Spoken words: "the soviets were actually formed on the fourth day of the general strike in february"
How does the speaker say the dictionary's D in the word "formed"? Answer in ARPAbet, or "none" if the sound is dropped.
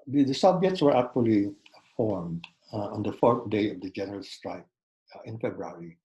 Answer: D